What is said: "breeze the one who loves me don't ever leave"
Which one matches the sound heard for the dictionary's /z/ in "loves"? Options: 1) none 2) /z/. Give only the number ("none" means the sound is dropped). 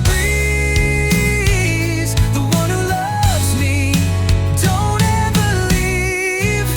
2